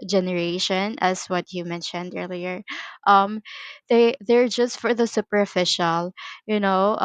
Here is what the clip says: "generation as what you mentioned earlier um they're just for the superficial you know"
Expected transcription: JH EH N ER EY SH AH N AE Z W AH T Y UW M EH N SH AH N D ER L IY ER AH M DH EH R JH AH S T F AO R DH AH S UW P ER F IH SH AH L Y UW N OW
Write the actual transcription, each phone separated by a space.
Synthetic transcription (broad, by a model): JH EH N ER EY SH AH N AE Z W AH T Y UW M EH N SH AH N D ER L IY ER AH M DH EH R JH AH S T F AO R DH AH S UW P ER F IH SH AH L Y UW N OW